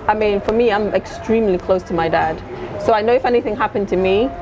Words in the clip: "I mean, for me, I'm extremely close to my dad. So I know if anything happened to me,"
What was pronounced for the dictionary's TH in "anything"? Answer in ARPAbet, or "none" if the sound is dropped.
TH